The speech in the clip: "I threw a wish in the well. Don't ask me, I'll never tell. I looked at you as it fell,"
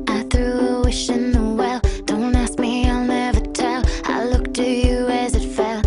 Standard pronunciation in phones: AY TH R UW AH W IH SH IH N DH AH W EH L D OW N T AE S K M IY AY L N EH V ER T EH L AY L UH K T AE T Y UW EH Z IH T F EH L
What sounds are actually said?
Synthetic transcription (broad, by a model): AY TH R UW AH W IH SH IH N DH AH W EH L D OW N T AE S K M IY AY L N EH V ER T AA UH AY L UH K T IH Y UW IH Z IH T F EH L